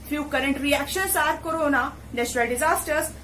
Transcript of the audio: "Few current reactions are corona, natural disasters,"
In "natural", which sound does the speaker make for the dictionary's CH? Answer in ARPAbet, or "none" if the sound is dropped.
S